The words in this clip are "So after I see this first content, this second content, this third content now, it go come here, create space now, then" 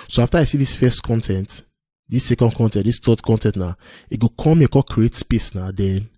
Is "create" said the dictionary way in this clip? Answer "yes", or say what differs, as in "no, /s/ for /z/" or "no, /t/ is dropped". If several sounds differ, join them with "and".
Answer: yes